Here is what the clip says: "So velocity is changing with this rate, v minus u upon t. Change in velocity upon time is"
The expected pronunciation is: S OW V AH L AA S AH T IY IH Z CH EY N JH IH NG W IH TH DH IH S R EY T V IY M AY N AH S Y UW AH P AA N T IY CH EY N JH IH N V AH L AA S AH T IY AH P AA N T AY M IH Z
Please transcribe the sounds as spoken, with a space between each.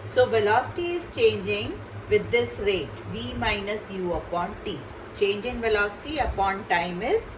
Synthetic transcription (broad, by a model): S OW V AH L AA S AH T IY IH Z CH EY N JH IH NG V IH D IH S R EY T V IY M AY N AH S Y UW AH P AA N T IY CH EY N JH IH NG V AH L AA S AH T IY AH P AA N T AY M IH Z